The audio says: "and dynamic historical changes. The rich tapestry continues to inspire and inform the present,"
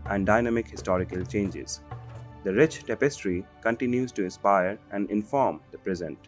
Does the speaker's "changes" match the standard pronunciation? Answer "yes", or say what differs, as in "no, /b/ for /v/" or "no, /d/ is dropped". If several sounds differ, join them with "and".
yes